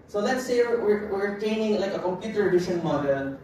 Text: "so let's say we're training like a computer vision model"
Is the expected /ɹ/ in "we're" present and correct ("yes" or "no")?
no